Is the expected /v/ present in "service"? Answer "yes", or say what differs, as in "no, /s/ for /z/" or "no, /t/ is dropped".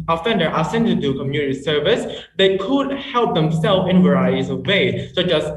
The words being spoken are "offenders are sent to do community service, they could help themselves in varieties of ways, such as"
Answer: yes